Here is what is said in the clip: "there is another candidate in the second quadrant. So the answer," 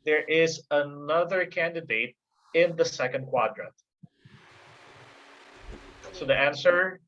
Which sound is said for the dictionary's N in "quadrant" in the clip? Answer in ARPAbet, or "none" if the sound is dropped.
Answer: none